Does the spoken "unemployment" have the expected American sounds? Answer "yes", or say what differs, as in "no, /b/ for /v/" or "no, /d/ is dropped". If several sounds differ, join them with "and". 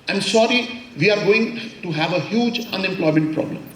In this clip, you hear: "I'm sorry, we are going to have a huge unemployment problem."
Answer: yes